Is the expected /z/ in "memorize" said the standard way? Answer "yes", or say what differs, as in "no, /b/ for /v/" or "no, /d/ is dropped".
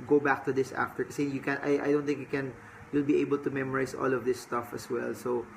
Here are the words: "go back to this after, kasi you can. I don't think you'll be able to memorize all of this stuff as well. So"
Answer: no, /s/ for /z/